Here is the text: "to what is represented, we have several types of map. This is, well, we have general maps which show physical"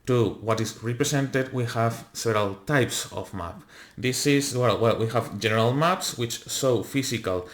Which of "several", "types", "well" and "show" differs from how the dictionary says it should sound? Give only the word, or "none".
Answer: show